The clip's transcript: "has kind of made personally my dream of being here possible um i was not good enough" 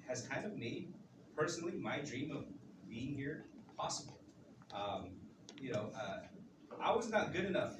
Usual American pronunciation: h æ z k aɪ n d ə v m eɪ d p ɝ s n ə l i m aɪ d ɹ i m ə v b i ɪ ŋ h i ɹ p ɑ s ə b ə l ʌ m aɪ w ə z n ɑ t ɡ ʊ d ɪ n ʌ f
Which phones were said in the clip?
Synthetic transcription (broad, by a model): h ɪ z k aɪ n d ə v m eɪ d p ɝ s n l i m aɪ d ɹ i m ə v b i ɪ ŋ h i ɹ p ɑ s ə b l ʌ m aɪ w ə z n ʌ t ɡ ʊ d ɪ n ʌ f